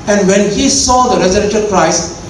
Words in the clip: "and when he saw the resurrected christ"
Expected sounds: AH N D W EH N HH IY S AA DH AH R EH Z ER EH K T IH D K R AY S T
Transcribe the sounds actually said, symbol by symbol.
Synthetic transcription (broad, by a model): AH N D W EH N HH IY S AA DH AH R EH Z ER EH T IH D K R AY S